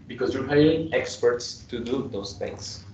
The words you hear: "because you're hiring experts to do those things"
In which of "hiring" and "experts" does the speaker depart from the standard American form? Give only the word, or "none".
hiring